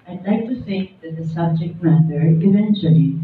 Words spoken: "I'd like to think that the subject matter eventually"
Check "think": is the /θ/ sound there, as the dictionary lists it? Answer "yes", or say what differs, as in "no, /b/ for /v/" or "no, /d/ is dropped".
no, /s/ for /θ/